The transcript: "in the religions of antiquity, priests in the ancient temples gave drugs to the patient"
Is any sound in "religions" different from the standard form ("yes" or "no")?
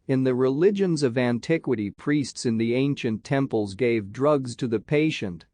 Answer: no